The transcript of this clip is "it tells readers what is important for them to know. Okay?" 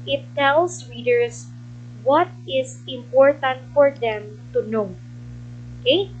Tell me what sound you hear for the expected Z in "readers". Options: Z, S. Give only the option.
S